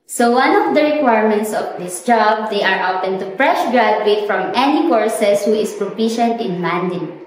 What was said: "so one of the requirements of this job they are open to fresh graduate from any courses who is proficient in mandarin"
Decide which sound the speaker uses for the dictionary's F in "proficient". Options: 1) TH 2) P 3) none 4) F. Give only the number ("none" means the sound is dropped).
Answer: 2